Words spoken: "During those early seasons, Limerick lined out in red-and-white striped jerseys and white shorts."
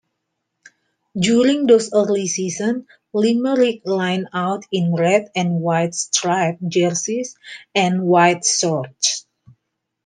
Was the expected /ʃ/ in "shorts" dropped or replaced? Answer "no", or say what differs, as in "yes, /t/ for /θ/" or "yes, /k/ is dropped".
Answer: yes, /s/ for /ʃ/